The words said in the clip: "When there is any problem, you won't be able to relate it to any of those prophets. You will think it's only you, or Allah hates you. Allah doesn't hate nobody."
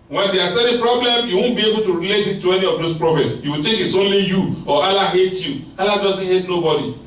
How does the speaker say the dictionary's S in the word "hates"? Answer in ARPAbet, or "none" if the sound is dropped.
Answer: none